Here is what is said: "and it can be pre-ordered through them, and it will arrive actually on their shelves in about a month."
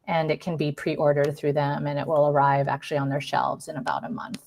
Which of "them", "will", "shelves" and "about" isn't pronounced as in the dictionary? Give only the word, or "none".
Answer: none